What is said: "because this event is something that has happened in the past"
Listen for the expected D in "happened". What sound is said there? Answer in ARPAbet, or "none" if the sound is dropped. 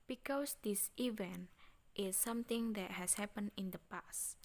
none